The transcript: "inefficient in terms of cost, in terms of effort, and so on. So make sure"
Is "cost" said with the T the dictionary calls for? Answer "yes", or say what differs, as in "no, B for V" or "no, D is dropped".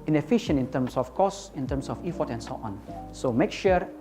no, T is dropped